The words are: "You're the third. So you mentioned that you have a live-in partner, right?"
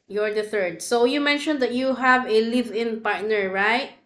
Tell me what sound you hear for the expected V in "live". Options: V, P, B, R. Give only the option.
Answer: V